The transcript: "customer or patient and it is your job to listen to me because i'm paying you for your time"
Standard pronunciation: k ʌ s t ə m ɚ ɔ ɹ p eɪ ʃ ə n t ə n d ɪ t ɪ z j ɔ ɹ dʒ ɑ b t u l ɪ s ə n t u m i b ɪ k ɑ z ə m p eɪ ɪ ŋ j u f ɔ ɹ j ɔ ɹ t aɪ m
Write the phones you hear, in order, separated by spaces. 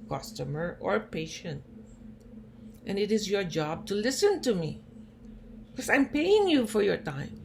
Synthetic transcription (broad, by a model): k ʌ s t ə m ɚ ɔ ɹ p eɪ ʃ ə n t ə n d ɪ t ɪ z j ɔ ɹ dʒ ɑ b t u l ɪ s ə n t u m i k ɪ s ɑ ə m p eɪ ɪ ŋ j u f ɔ ɹ j ɔ ɹ t aɪ m